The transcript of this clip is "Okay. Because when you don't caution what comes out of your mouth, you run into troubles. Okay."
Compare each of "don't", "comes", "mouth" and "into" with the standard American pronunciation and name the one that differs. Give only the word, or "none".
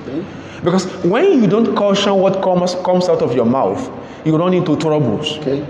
comes